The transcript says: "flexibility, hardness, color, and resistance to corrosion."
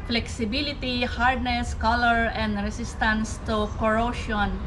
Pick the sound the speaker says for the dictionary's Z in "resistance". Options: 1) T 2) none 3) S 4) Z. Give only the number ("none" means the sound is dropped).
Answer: 3